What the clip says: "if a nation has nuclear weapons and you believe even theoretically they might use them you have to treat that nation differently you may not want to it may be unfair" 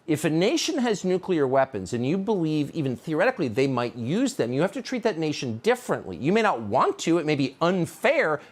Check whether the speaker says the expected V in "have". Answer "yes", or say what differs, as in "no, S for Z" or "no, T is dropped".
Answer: no, F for V